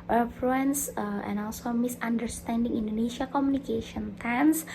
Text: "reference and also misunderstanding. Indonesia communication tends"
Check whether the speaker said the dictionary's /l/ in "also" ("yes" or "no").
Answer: yes